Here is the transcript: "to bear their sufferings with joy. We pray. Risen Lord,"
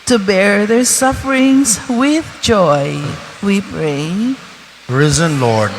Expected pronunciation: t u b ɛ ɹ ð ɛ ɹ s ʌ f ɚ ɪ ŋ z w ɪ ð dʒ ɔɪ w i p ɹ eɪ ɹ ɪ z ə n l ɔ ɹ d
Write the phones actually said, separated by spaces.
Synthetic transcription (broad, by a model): t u b ɛ ɹ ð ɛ ɹ s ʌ f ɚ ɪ ŋ s w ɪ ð dʒ ɔɪ w i p ɹ eɪ ɹ ɪ z ə n l ɔ ɹ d